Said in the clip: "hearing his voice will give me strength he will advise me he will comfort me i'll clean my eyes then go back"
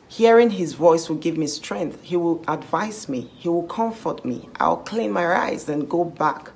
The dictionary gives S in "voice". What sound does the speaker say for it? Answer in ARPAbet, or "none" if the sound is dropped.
S